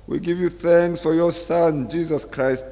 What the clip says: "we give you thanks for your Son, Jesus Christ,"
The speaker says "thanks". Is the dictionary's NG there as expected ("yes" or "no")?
yes